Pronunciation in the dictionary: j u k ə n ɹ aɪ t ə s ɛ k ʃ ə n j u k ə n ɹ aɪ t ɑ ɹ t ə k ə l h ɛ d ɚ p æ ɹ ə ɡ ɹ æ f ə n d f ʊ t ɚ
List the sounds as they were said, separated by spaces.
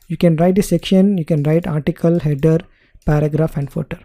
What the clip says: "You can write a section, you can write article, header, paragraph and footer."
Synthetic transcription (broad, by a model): j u k ə n ɹ aɪ t ə s ɛ k ʃ ə n j u k ə n ɹ aɪ t ɑ ɹ t ə k ə l h ɛ d ɚ p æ ɹ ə ɡ ɹ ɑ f ə n d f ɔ t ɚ